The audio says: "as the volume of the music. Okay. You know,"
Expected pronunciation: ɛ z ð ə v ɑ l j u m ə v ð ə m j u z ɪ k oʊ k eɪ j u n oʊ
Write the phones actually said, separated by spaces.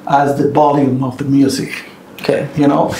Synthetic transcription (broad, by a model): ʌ z ð ə b ɑ l j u m ə v ð ə m j u z ɪ k oʊ k eɪ j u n oʊ